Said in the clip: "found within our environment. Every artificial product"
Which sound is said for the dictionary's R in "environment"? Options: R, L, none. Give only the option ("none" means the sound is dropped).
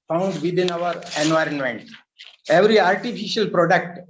R